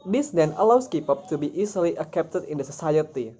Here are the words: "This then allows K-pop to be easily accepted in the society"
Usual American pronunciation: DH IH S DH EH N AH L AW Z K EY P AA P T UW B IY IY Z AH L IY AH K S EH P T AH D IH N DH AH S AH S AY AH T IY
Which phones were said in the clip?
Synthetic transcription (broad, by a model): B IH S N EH N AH L AW S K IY P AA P T UW B IY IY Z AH L IY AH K EH P T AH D IH N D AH S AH S AY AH T IY